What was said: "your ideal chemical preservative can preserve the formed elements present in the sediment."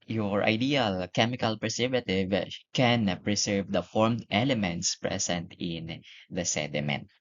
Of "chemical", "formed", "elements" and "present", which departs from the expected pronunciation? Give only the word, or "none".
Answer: present